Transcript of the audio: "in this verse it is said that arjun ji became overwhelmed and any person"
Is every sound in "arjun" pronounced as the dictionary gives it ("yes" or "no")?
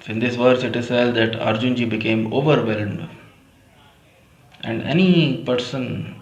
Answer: yes